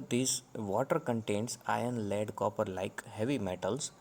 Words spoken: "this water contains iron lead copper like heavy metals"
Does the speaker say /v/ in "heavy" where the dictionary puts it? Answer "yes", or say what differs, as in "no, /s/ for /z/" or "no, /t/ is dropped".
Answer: yes